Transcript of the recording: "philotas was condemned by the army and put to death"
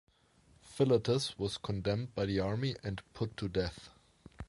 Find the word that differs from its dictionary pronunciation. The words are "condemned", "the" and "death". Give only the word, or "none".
none